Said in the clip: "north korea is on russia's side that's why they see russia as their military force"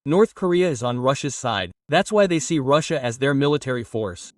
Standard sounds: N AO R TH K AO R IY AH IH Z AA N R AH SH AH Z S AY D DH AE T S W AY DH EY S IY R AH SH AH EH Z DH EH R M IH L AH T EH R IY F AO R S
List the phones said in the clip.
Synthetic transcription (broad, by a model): N AO R TH K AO R IY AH IH Z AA N R AH SH AH Z S AY D DH AE T S W AY DH EY S IY R AH SH AH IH Z DH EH R M IH L AH T EH R IY F AO R S